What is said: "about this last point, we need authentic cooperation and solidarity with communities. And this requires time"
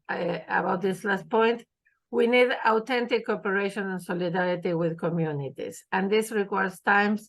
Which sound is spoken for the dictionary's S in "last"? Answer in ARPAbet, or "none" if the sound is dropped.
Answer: S